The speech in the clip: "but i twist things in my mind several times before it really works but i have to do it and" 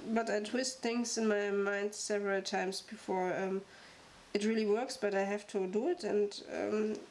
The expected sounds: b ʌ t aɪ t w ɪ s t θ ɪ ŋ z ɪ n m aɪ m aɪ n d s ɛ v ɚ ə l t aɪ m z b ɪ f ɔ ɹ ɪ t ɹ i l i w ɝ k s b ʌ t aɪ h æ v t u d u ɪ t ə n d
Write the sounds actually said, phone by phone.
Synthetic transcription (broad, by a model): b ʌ t aɪ t w ɪ s t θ ɪ ŋ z ɪ n m aɪ m aɪ n d s ɛ v ɚ ə l t aɪ m s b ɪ f ɔ ɹ ɪ t ɹ i l i w ɝ k s b ʌ t aɪ h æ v t u d u ɪ t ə n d